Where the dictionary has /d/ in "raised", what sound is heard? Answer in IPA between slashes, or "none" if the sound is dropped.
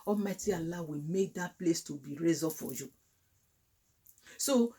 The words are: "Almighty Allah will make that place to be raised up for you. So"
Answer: none